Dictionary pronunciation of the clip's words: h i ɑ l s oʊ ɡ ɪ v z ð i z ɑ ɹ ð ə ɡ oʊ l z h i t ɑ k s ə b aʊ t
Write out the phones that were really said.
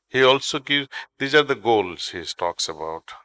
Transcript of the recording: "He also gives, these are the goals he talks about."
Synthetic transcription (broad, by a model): h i ɑ l s oʊ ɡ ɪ z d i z ɑ ɹ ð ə ɡ oʊ l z h i t ɑ k s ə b aʊ t